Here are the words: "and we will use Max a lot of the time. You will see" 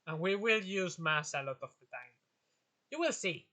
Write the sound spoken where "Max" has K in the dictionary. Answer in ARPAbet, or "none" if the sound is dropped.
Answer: none